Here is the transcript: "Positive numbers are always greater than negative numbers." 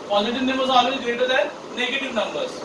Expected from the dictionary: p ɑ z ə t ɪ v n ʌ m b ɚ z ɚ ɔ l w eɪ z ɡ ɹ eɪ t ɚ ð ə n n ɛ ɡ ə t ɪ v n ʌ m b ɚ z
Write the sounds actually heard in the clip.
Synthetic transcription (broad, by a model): p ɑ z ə t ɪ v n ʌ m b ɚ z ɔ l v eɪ ɡ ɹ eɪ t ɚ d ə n n ɛ ɡ ə t ɪ v n ʌ m b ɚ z